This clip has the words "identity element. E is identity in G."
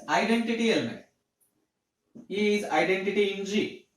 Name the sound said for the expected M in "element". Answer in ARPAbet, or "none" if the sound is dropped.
none